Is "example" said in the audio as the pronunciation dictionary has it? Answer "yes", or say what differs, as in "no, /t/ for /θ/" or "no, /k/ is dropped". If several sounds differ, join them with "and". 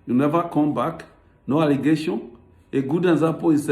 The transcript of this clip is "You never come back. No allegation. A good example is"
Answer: no, /m/ is dropped